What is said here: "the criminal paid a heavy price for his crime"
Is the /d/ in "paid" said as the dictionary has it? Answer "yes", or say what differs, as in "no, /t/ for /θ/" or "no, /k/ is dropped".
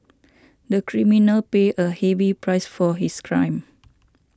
no, /d/ is dropped